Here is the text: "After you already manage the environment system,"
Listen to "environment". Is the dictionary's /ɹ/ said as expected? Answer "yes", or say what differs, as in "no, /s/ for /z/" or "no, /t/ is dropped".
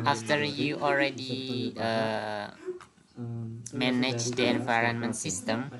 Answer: yes